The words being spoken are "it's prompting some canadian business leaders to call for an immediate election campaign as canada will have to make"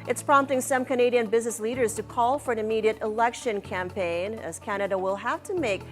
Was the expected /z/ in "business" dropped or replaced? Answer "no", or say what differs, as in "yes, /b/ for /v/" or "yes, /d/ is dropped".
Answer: no